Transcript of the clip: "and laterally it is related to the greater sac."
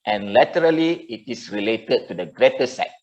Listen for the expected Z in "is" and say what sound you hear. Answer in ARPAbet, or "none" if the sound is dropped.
S